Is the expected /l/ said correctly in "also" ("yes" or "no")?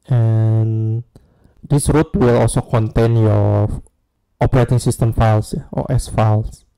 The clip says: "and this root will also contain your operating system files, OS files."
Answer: yes